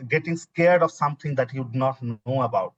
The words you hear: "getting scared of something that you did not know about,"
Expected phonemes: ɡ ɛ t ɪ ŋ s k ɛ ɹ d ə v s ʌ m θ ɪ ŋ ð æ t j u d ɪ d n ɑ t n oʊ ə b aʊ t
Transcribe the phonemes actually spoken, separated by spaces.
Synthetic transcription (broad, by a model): ɡ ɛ t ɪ ŋ s k ɛ ɹ d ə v s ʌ m t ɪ ŋ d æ t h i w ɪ d n ɑ t n oʊ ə b aʊ t